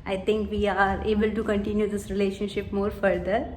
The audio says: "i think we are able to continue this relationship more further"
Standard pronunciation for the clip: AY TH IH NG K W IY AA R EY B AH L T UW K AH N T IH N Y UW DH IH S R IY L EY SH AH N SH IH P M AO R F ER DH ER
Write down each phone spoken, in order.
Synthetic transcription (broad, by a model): AY T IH NG K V IY AA R EY B AH L T UW K AH N T IH N Y UW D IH S R IY L EY SH AH N SH IH P M AO R F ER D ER